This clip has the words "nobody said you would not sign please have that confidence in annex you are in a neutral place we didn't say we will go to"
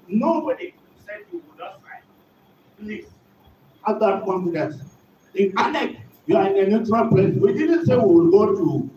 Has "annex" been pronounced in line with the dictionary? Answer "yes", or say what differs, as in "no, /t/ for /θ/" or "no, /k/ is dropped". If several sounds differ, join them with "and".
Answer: no, /s/ is dropped